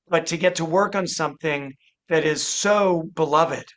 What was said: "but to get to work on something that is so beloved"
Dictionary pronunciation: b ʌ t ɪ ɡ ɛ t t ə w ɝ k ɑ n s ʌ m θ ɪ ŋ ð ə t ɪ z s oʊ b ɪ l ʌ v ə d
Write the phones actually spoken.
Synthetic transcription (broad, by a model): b ʌ t ɪ ɡ ɛ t t ə w ɝ k n s ʌ m θ ɪ ŋ ð ə t ɪ z s oʊ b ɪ l ʌ v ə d